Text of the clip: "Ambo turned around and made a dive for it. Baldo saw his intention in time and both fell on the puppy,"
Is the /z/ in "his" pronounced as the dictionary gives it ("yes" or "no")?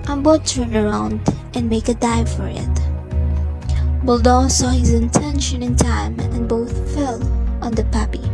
yes